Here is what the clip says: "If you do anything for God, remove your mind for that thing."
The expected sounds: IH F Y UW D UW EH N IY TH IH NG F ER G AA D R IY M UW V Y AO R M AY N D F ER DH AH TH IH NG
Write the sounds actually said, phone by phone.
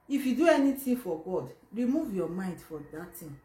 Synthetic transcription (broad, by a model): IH F Y UW D UW EH N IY T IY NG F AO G AA D R IY M UW V Y AO M AY N D F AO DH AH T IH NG